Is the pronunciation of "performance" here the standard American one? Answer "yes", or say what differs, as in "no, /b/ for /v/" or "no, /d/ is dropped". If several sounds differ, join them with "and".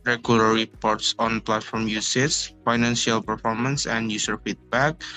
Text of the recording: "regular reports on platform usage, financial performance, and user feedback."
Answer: yes